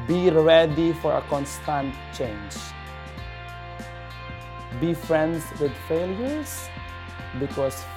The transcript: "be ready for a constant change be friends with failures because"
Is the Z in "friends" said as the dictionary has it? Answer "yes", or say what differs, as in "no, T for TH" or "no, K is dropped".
no, S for Z